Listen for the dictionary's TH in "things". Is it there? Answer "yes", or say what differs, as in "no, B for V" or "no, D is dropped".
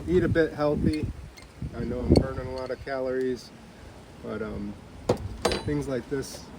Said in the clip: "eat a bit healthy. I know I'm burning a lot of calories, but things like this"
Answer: yes